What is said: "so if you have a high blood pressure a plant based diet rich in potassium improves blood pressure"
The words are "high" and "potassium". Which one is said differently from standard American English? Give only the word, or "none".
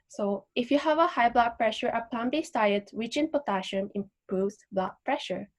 potassium